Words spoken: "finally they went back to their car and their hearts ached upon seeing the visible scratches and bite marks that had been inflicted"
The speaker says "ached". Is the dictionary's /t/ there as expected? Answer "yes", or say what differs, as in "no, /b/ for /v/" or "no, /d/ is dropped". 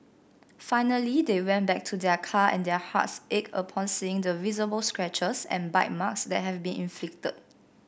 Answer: no, /t/ is dropped